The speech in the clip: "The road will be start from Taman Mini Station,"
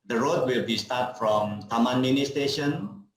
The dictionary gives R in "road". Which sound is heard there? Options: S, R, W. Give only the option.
R